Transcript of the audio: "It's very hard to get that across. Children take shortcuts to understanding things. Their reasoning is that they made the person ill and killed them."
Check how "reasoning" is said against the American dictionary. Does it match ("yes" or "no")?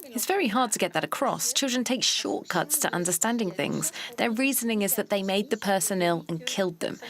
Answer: yes